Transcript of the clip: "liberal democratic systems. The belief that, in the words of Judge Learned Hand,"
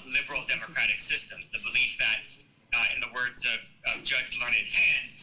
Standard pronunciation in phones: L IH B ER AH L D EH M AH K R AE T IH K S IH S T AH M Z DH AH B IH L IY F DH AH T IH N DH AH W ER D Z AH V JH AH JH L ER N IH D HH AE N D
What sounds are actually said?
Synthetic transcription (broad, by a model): L IH B ER L D EH M AH K R AE T IH K S IH S T AH M Z DH AH B IH L IY F DH AH T IH N DH AH W ER D Z AH V JH AH JH L ER N IH D HH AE N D